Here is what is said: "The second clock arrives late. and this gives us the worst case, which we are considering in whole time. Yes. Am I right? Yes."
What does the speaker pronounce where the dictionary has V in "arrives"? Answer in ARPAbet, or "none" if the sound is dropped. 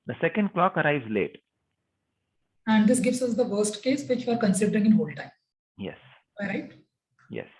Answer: V